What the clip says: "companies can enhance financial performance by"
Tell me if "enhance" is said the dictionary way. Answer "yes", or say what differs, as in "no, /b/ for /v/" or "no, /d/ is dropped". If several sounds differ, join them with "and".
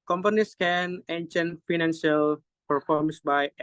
no, /s/ is dropped